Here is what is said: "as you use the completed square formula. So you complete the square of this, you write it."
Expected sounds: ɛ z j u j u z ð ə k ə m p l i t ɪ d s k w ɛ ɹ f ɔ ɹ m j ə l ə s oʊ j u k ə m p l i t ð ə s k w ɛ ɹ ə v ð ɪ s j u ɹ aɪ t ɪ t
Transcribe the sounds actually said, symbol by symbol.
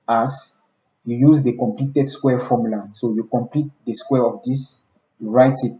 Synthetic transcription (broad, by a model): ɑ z j u j u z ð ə k ə m p l i t ɪ d s k w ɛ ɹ f ɔ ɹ m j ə l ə s oʊ j u k ə m p l i t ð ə s k w ɛ ɹ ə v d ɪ s j u ɹ aɪ t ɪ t